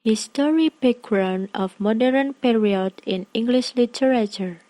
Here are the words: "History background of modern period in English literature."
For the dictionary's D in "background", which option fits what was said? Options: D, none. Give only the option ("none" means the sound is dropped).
none